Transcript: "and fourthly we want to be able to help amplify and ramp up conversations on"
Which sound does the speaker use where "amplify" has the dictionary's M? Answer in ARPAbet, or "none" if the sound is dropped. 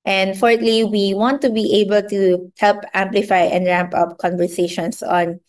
M